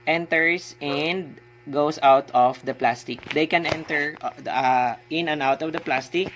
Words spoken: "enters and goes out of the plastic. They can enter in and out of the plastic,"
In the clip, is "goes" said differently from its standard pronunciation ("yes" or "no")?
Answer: yes